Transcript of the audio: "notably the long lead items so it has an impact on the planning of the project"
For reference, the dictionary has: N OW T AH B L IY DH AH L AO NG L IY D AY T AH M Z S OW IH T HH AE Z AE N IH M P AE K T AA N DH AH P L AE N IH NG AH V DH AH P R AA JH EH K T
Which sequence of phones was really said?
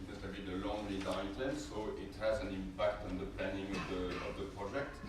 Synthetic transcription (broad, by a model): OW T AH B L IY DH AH L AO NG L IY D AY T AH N S OW IH T HH AE Z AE N IH M P AE K T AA N DH AH P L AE N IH NG AH V DH AH P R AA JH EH K T